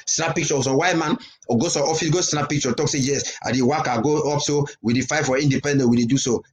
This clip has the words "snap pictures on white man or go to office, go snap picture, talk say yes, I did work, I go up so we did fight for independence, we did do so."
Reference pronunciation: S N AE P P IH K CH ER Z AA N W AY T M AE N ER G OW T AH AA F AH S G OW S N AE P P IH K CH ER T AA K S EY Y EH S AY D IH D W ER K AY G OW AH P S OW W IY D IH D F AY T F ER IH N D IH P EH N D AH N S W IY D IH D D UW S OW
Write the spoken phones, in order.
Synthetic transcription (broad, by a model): S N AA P P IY K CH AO S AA W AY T M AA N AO G OW S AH AA F AH S G OW S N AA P P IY K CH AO T AA K S EY Y EH S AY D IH W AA K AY G OW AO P S OW W IY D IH F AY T F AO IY N D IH P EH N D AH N W IY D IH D D UW S OW